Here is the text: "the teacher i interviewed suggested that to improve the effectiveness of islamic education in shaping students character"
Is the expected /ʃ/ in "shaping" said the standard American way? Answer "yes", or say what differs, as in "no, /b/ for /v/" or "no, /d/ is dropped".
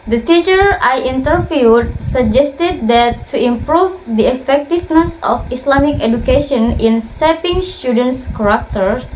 no, /s/ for /ʃ/